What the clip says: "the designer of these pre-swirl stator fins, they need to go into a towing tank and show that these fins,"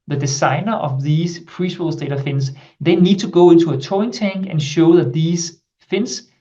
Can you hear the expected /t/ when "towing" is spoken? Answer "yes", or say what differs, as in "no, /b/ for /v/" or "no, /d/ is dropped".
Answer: no, /s/ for /t/